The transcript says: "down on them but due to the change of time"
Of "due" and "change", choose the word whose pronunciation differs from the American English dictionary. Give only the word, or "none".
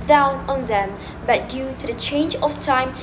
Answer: none